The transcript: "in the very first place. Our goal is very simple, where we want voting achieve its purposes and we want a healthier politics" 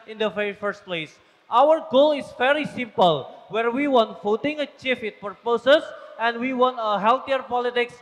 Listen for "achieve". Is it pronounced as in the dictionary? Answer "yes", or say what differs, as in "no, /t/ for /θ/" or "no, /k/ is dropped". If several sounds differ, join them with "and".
no, /f/ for /v/